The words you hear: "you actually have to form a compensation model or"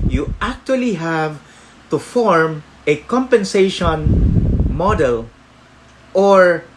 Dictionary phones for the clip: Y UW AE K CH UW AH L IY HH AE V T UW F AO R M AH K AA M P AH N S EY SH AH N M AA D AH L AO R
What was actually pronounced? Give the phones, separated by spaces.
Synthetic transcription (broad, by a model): Y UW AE K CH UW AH L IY HH AE V T UW F AO R M AH K AA M P AH N S EY SH AH N M AA D AH L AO R